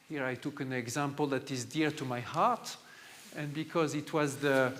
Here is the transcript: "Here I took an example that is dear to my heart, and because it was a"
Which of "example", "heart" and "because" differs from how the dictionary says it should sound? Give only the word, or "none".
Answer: none